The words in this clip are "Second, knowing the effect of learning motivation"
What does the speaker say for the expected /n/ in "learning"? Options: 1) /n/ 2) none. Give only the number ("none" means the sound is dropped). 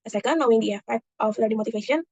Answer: 2